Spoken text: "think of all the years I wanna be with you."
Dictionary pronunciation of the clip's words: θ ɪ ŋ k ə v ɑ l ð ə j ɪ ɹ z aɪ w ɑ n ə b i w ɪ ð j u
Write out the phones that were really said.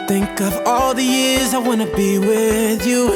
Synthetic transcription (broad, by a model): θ ɪ ŋ k ə v ɑ l ð ə j ɪ ɹ z aɪ w ɑ n ə b i w ɪ ð j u